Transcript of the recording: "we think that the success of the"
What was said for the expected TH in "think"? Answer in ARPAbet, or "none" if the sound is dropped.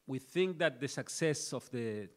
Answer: TH